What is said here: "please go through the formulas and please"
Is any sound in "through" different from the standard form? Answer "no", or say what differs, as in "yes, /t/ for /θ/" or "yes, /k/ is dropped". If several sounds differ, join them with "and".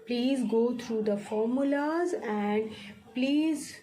yes, /t/ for /θ/